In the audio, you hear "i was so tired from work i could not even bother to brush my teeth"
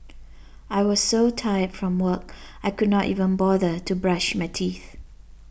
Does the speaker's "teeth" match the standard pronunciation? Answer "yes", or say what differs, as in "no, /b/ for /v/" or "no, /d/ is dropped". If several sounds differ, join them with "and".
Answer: yes